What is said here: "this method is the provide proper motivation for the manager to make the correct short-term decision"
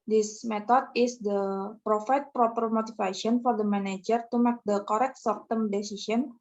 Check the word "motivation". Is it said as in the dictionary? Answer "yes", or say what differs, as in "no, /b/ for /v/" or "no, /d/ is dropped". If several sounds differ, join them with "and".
no, /f/ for /v/